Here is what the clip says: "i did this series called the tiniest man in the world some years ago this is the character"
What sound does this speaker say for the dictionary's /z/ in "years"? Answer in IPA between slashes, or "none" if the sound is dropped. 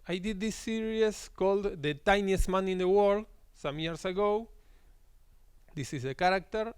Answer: /s/